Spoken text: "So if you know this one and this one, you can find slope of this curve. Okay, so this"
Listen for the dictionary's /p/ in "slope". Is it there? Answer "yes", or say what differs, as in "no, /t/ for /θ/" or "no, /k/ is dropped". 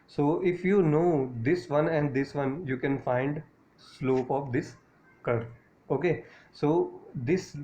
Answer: yes